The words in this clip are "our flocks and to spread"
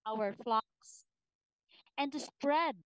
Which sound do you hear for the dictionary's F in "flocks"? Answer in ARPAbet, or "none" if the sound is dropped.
F